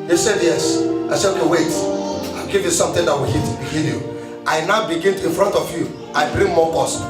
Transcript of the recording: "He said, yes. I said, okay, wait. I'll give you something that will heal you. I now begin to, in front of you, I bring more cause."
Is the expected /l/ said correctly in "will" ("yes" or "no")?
no